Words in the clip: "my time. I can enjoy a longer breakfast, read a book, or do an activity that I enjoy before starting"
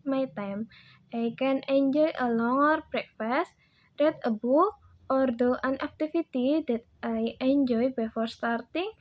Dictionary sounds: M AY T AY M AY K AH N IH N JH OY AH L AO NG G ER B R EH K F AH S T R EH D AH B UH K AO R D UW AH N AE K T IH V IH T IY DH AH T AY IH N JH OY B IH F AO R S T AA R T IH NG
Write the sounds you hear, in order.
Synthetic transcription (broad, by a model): M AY T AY M AY K AH N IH N JH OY AH L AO NG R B R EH K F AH S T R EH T AH B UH AO R D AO AH N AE K T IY F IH T IY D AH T AY IH N JH OY B IH F AO R S T AA R T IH NG